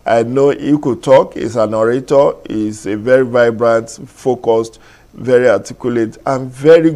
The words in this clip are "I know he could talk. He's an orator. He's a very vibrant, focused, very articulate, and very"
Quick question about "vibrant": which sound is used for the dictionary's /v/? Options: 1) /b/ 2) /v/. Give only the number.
2